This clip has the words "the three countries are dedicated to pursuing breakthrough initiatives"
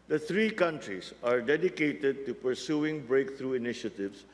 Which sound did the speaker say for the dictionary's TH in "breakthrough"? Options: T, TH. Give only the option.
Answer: T